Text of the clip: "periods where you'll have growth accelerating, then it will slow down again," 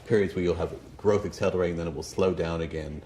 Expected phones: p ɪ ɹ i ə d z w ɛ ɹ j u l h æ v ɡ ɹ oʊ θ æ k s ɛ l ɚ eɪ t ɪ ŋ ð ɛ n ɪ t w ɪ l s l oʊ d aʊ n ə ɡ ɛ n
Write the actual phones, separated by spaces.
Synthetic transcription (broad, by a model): p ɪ ɹ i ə d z w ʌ ɹ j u l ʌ v ɡ ɹ oʊ θ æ k s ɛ l ɚ eɪ t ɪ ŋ ð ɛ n ɪ t w ɪ l s l oʊ d aʊ n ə ɡ ɛ n